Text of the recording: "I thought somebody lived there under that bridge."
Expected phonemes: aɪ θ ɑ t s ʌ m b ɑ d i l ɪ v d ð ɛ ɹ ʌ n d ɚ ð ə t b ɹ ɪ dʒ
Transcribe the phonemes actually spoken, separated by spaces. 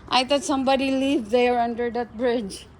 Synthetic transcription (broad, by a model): aɪ t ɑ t s ʌ m b ɑ d i l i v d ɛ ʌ ɹ ʌ n d ɚ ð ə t b ɹ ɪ dʒ